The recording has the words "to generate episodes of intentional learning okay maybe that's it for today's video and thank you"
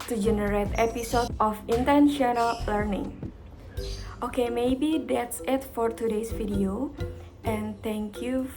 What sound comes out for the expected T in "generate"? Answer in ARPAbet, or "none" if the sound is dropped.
T